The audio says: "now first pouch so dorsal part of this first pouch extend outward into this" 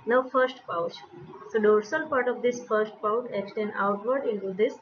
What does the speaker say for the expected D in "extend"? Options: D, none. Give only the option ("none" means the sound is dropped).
none